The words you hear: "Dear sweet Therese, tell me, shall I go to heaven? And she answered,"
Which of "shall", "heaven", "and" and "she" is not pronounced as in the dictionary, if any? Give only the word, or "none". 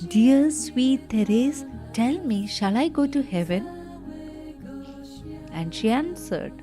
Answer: none